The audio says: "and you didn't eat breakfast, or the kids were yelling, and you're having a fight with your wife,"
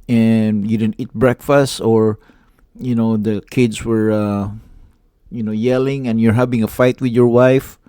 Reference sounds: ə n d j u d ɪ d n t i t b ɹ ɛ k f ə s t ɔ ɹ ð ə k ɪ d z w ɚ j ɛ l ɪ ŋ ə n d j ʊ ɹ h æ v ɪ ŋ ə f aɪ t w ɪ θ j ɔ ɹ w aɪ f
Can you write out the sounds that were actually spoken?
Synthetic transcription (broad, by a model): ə n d j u d ɪ d n t i t b ɹ ɛ k f ə s t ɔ ɹ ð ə k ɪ d s w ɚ j ɛ l ɪ ŋ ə n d j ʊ ɹ h æ v ɪ ŋ ə f aɪ t w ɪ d j ɔ ɹ w aɪ f